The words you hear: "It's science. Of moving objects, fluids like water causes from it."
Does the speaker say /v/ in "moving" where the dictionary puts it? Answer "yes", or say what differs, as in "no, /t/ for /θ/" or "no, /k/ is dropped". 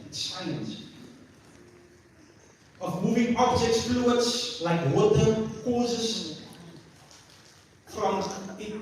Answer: yes